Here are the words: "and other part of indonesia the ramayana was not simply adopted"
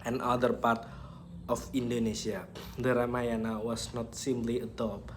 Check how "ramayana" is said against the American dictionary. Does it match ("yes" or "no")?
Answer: yes